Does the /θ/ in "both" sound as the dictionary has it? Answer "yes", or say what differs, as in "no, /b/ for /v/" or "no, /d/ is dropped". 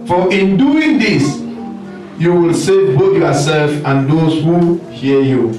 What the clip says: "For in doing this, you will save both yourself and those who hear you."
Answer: no, /t/ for /θ/